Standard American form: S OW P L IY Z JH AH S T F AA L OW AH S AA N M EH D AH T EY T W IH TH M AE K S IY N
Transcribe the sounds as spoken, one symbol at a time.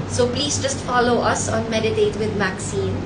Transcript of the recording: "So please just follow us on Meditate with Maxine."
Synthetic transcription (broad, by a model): S OW P L IY Z JH AH S T F AA L OW AH S AA N M EH D AH T EY T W IH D M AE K S IY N